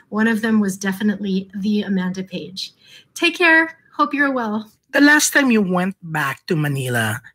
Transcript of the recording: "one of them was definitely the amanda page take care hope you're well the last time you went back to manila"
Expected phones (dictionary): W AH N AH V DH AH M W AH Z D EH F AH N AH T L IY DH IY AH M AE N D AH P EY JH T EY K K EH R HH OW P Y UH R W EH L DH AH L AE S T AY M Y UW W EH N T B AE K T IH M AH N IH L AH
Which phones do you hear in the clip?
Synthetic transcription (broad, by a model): W AH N AH V DH AH M W AH Z D EH F AH N AH T L IY DH IY AH M AE N D AH P EY JH T EY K K EH R HH OW P Y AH R W EH L DH AH L AE S T AY M Y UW W EH N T B AE K T IH M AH N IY L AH